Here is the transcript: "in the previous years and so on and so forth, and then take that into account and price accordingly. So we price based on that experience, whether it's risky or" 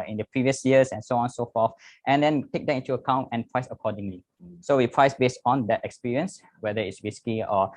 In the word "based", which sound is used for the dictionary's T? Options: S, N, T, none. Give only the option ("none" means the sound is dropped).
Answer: T